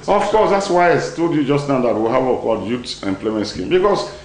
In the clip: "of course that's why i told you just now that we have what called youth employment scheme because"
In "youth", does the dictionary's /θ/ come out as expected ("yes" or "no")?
no